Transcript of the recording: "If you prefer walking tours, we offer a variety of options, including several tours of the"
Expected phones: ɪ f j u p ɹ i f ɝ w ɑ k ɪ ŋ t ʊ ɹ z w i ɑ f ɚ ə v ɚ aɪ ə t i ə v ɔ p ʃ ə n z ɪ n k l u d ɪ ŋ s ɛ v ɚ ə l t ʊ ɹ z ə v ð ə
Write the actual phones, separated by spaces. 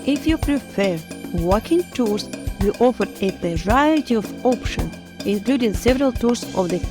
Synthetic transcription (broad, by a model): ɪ f j u p ɹ i f ɝ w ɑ k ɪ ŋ t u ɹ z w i ɑ f ɚ ə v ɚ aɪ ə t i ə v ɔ p ʃ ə n ɪ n k l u d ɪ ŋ s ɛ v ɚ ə l t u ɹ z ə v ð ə